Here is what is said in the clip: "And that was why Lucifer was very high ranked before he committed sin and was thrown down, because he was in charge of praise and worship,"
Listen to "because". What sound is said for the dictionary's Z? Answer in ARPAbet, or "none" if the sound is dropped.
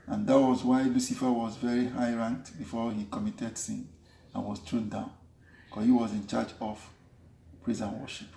none